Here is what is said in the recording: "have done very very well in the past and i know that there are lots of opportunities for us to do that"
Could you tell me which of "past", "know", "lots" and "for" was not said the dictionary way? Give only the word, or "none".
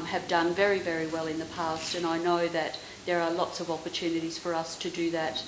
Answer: none